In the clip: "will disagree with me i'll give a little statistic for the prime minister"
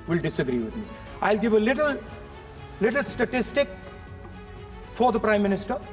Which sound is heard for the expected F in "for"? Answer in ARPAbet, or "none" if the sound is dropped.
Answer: F